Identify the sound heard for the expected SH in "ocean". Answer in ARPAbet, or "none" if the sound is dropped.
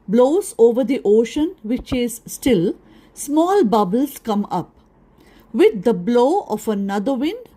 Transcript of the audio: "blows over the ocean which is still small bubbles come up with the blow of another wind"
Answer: SH